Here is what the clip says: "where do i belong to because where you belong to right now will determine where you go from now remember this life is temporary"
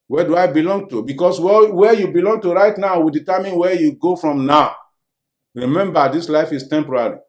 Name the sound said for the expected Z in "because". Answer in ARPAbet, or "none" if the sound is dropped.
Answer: S